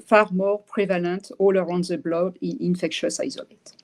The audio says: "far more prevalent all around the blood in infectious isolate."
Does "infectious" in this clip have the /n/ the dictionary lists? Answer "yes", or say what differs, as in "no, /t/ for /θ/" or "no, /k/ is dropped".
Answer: yes